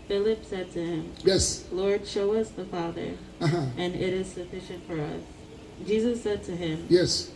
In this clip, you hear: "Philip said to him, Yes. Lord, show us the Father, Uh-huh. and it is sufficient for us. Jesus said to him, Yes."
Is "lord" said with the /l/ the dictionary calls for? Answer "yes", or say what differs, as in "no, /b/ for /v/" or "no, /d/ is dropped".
yes